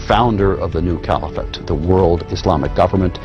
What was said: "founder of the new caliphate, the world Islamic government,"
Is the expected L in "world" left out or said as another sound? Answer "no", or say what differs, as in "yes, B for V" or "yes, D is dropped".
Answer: no